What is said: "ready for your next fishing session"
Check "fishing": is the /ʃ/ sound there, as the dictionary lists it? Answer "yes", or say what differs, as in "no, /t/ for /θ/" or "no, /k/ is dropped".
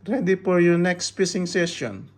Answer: no, /s/ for /ʃ/